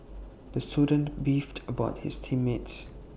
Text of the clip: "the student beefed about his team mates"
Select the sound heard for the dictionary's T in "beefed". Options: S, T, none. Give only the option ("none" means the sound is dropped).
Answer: T